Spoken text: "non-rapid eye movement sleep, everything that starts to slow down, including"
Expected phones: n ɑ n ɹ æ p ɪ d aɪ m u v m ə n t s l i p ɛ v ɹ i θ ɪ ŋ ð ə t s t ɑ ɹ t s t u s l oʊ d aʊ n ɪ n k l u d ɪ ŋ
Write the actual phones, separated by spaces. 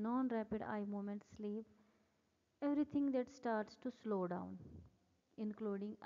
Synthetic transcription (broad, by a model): n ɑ n ɹ æ p ɪ d aɪ m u m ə n t s l i p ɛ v ɹ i t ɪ ŋ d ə t s t ɑ ɹ t s t u s l oʊ d aʊ n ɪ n k l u d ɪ ŋ